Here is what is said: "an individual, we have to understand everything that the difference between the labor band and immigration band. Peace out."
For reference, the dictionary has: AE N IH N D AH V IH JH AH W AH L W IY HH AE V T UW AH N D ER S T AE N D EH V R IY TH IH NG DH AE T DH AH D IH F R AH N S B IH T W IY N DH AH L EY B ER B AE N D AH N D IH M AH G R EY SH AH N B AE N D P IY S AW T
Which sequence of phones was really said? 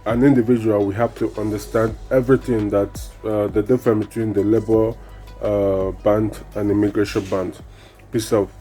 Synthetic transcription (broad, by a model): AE N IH N D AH V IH JH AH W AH L W IY HH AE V T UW AH N D ER S T AE N D EH V R IY TH IH NG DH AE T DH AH D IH F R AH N B IH T W IY N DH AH L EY B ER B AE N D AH N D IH M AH G R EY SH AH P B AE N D P IY S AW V